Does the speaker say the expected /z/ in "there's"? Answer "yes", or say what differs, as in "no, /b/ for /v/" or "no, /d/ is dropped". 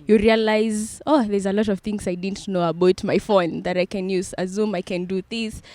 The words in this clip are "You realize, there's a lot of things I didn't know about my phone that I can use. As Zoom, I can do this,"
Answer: yes